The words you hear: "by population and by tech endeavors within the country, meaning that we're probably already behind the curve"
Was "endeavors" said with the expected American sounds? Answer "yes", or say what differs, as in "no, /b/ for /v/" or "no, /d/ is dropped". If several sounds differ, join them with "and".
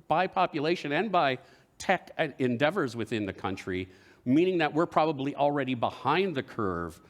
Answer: yes